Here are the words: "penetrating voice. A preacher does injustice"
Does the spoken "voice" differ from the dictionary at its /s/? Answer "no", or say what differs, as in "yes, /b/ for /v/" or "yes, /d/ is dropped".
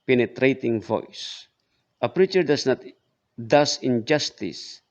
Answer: no